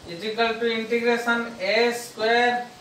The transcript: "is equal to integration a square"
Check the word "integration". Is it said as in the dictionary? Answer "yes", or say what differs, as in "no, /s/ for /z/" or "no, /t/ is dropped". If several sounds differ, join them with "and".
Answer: no, /s/ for /ʃ/